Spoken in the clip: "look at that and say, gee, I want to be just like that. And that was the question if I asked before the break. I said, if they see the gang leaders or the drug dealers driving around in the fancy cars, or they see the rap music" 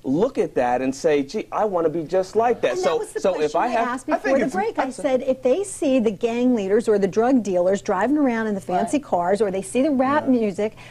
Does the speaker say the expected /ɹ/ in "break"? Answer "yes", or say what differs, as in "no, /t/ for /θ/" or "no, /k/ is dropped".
yes